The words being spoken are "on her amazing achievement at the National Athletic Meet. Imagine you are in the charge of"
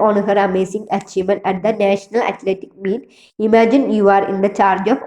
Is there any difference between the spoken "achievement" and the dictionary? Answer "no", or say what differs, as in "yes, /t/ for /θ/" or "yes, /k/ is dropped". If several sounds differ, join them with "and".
yes, /v/ is dropped